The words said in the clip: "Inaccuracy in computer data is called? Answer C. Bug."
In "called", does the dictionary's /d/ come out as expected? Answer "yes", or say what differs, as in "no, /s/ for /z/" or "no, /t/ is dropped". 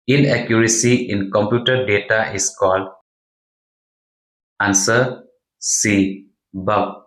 yes